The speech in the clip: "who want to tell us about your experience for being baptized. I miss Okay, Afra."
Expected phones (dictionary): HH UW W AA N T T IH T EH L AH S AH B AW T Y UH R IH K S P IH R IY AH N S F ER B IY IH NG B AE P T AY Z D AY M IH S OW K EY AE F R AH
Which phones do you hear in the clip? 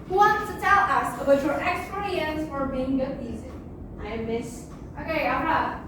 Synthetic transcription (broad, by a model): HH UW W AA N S T IH T EH L AH S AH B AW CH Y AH R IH K S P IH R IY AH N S F ER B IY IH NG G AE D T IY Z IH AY M IH S OW K EY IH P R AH